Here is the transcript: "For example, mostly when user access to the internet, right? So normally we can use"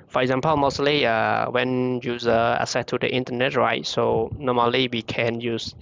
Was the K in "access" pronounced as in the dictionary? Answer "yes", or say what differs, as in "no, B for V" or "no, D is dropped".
no, K is dropped